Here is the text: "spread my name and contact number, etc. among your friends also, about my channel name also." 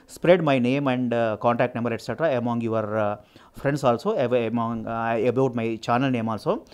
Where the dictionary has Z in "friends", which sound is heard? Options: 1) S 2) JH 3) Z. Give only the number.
1